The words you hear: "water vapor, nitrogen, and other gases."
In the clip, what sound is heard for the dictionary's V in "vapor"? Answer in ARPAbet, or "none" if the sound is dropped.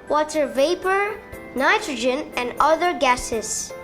V